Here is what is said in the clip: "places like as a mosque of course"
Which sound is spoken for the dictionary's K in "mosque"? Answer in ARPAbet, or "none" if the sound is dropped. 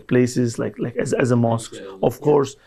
K